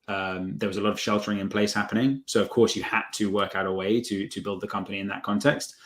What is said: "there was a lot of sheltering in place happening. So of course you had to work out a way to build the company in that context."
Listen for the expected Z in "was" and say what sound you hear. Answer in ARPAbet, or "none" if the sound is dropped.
Z